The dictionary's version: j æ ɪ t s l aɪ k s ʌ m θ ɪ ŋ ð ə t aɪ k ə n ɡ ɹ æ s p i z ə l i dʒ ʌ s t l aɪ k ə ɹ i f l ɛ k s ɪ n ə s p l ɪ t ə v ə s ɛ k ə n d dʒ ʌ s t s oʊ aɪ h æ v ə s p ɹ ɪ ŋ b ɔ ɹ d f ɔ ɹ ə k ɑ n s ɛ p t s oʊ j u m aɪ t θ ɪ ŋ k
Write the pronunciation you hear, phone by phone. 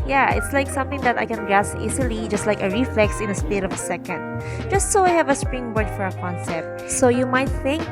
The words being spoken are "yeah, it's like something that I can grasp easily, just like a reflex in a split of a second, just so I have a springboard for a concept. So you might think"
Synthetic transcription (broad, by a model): j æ ɪ t s l aɪ k s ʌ m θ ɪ ŋ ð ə t aɪ k ə n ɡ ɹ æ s i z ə l i dʒ ʌ s t l aɪ k ə ɹ i f l ɛ k s ɪ n ə s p ɪ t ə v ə s ɛ k ə n d dʒ ʌ s t s oʊ aɪ h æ v ə s p ɹ ɪ ŋ b ɔ ɹ d f ɔ ɹ ə k ɑ n s ɛ p t s oʊ j u m aɪ t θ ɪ ŋ k